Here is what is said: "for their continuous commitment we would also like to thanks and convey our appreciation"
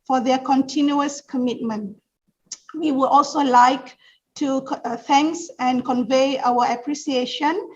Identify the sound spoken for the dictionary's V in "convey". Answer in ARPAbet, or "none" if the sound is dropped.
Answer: V